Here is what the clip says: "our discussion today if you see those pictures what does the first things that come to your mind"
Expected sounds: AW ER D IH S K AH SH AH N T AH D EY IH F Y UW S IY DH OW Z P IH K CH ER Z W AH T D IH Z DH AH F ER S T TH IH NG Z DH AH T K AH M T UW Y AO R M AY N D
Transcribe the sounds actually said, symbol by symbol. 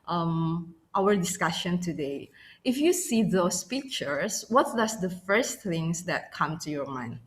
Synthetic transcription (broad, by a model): AW ER D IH S K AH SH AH N T AH D EY IH F Y UW S IY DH OW S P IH K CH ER S W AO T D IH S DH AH F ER S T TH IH NG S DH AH T K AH M T UW Y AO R M AY N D